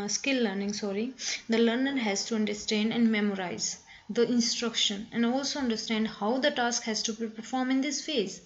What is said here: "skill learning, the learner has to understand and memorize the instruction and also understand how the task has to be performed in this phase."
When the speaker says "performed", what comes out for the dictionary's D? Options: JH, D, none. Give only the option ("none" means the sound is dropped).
none